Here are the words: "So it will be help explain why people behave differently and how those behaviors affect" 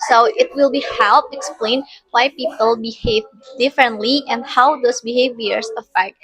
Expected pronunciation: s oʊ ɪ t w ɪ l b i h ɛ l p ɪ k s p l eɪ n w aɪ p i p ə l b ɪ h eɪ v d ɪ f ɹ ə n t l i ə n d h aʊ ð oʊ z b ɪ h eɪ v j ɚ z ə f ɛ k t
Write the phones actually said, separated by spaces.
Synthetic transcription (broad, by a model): s oʊ ɪ t w ɪ l b i h ɛ l p ɪ k s p l eɪ n w aɪ p i p ə l b ɪ h eɪ v d ɪ f ɹ ə n t l i ə n d h aʊ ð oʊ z b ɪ h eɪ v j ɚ s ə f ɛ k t